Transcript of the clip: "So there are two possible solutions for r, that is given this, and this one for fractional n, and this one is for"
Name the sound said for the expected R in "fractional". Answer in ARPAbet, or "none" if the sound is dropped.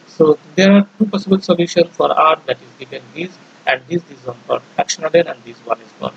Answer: none